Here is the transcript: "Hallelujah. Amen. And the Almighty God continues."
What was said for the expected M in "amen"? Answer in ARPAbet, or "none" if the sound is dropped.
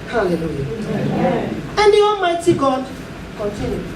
none